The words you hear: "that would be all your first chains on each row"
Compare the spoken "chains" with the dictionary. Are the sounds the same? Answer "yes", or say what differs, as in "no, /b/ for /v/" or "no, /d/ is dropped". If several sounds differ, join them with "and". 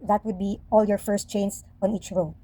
no, /s/ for /z/